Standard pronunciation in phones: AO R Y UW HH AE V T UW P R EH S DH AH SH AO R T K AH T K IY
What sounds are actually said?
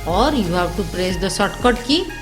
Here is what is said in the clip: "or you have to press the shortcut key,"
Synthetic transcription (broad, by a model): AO R Y UW HH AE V T UW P R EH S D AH S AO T K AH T K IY